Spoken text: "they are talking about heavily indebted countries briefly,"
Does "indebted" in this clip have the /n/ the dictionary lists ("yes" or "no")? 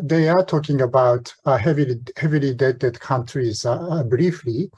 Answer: no